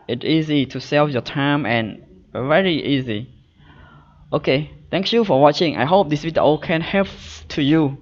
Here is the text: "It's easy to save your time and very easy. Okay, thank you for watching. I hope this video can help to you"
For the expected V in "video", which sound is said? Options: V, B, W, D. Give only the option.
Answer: W